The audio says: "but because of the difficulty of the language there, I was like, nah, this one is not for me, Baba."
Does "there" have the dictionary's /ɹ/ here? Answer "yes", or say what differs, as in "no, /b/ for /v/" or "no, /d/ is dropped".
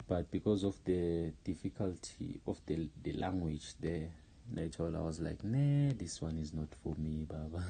no, /l/ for /ɹ/